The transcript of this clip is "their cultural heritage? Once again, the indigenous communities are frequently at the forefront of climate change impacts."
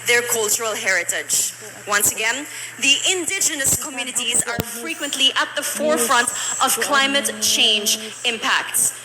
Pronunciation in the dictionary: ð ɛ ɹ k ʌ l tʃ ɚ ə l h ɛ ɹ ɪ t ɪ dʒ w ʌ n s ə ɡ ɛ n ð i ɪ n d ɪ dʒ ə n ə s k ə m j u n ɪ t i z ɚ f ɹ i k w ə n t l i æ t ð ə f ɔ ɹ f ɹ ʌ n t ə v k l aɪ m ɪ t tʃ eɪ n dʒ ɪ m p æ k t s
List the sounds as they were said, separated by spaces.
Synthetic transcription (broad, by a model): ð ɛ ɹ k ʌ l tʃ ɚ ə l h ɛ ɹ ɪ t ɪ dʒ w ʌ n s ə ɡ ɛ n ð i ɪ n d ɪ dʒ ə n ə s k ə m j u n ɪ t i z ɚ f ɹ i k w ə n t l i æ t ð ə f ɔ ɹ f ɹ ʌ n t ə v k l aɪ m ɪ t tʃ eɪ n dʒ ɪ m p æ k t s